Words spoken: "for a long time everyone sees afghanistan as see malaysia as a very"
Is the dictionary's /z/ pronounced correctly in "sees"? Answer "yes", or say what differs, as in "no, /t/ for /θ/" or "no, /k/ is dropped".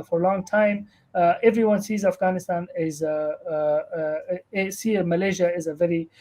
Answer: yes